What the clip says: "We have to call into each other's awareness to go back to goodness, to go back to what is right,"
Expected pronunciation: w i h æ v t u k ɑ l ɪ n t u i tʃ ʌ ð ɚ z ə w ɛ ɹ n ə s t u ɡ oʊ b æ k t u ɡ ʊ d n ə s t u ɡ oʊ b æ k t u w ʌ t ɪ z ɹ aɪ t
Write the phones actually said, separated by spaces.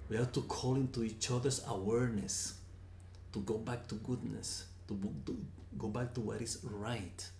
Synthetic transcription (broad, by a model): w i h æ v t u k ɑ l ɪ n t u i tʃ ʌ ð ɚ s ə w ɛ ɹ n ə s t u ɡ oʊ b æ k t u ɡ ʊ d n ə s t u ɡ oʊ b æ k t u w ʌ t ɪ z ɹ aɪ t